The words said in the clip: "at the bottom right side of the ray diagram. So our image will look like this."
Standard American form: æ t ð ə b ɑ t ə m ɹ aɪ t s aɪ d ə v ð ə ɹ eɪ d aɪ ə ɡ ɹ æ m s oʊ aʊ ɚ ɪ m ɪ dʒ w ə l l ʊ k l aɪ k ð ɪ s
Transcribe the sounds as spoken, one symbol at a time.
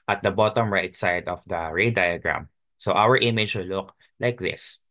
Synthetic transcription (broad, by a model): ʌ t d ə b ɑ t ə m ɹ aɪ t s aɪ d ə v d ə ɹ eɪ d aɪ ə ɡ ɹ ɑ m s oʊ aʊ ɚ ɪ m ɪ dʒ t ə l l ʊ k l aɪ k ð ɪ s